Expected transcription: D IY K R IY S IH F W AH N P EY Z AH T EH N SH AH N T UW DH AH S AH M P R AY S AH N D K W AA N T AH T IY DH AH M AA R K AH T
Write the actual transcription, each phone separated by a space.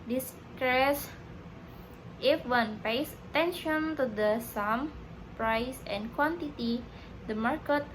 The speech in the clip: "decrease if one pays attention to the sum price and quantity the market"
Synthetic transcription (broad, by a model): D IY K R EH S IH F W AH N P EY S AH T EH N SH AH N T UW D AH S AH M P R AY S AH N K W AA N T AH T IY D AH M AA R K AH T